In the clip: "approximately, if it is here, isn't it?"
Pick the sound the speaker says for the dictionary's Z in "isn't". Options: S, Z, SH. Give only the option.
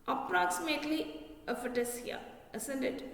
S